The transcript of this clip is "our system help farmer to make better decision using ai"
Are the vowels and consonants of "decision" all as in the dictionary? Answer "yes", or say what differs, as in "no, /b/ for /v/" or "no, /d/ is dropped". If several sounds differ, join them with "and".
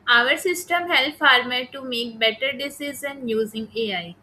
no, /z/ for /ʒ/